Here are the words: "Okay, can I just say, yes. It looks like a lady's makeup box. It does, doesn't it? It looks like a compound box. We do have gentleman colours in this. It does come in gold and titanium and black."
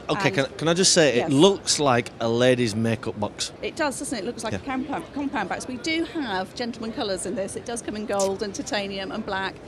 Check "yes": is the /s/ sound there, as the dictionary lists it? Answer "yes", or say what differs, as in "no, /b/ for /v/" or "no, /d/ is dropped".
no, /s/ is dropped